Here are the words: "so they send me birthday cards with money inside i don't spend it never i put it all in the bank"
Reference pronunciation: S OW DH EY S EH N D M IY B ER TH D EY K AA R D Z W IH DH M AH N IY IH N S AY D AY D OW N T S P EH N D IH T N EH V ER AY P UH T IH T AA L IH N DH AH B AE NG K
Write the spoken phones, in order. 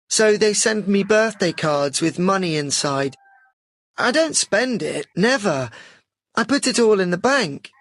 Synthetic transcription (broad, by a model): S OW DH EY S EH N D M IY B ER TH D EY K AA R D Z W IH DH M AH N IY IH N S AY D AY D OW N T S P EH N D IH T N EH V ER AY P UH T IH T AA L IH N DH AH B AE NG K